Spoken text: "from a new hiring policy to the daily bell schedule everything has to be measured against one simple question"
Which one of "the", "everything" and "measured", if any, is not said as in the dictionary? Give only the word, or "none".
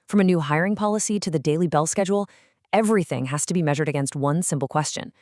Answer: none